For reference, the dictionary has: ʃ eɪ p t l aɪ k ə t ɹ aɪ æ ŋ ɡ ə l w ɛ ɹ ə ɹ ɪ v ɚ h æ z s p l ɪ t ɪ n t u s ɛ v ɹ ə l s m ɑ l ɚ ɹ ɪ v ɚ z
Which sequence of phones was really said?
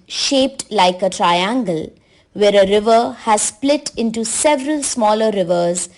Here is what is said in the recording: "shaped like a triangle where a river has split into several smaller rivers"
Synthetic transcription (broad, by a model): ʃ eɪ p t l aɪ k ə t ɹ aɪ æ ŋ ɡ ə l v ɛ ɹ ə ɹ ɪ v ɚ h æ z s p l ɪ t ɪ n t u s ɛ v ɹ ə l s m ɑ l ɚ ɹ ɪ v ɚ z